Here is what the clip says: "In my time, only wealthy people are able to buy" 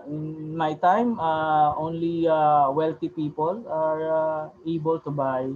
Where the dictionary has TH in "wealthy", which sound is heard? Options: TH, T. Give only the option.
T